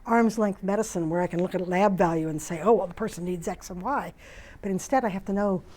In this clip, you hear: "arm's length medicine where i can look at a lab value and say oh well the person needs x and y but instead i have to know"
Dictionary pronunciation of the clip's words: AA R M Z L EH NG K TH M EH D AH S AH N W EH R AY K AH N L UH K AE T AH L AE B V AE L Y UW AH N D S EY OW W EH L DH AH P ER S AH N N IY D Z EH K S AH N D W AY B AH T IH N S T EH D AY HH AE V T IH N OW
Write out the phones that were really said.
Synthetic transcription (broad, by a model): AA R M Z L EH NG K TH M EH D AH S AH N W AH R AY K AH N L UH K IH T L AE B V AE L Y UW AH N S EY OW W EH L DH AH P ER S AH N N IY D Z EH K S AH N W AY B AH T IH N S T EH D AY HH AE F T IH N OW